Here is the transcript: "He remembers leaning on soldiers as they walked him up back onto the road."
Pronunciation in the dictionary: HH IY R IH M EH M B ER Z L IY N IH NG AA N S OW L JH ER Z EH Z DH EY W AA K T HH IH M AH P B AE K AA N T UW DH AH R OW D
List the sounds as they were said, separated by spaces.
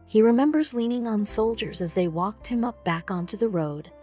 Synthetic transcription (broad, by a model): HH IY R IH M EH M B ER Z L IY N IH NG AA N S OW L JH ER Z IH Z DH EY W AA K T HH IH M AH P B AE K AA N T UW DH AH R OW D